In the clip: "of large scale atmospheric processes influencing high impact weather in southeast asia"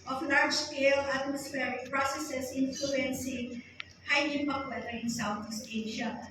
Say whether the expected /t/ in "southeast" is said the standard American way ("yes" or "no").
no